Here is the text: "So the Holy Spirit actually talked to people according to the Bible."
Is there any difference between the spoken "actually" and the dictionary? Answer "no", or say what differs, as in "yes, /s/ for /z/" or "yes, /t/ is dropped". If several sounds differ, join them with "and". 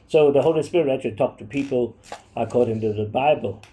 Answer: yes, /k/ is dropped and /l/ is dropped